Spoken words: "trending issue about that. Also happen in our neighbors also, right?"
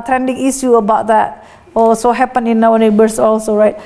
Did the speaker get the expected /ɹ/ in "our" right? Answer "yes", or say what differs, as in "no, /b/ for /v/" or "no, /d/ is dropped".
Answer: no, /w/ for /ɹ/